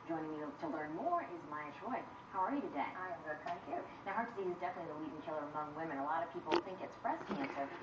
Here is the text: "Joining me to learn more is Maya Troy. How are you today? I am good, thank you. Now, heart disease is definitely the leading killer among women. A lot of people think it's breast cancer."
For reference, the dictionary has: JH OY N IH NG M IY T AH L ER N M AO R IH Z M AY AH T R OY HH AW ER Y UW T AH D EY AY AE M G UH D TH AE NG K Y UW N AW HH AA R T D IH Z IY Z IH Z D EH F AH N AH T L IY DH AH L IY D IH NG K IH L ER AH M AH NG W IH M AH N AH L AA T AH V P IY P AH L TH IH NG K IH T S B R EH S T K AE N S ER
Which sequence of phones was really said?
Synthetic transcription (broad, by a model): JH OY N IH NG M IY T AH L ER N M AO R IH Z M AY AH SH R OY HH AW ER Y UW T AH D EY AY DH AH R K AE K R N AW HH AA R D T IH S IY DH IH Z D EH F AH N AH T L IY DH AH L IY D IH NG K IH L ER AH M AH NG W IH M AH N AH L AA T AH V P IY P L TH IH NG K IH T S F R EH S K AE N S ER